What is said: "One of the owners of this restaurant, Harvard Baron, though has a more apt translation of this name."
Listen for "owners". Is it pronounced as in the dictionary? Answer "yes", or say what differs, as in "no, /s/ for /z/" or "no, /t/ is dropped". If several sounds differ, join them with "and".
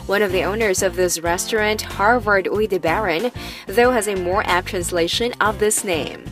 yes